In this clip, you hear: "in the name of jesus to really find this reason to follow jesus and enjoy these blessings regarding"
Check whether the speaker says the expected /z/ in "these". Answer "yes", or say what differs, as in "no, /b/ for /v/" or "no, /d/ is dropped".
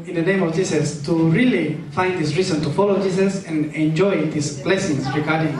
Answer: no, /s/ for /z/